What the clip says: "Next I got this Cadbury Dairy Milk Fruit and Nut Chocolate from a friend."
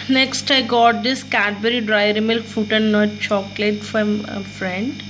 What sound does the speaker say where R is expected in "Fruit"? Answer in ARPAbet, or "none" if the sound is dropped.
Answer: none